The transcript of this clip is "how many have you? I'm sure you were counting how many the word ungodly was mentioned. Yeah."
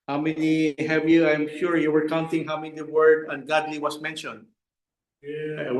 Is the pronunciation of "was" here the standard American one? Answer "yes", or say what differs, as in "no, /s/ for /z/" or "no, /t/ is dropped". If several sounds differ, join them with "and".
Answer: no, /s/ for /z/